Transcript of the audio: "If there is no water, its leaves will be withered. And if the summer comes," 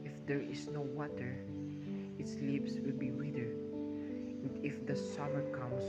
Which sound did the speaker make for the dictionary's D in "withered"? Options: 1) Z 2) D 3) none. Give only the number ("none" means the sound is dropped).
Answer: 3